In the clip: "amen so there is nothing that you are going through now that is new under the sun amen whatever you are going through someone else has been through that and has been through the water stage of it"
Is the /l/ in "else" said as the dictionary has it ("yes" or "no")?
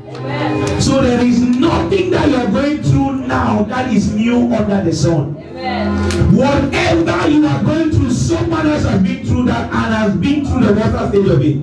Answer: no